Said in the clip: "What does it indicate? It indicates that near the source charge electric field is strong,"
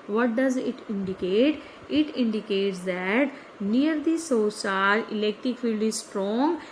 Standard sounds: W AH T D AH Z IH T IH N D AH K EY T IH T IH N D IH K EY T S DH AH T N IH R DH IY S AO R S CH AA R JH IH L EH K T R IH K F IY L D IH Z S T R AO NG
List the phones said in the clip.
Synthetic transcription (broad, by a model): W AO T D AH Z IH T IH N D AH K EY T IH T IH N D IH K EY T S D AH T N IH R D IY S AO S AA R IH L EH K T R IH K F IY L D IH Z S T R AO NG